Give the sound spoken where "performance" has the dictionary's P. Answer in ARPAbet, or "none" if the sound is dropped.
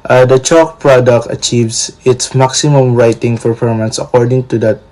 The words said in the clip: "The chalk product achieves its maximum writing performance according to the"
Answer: F